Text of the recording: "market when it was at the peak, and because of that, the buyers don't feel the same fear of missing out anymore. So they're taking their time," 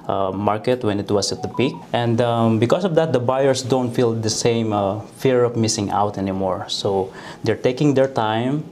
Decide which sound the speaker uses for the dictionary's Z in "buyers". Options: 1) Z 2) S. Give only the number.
2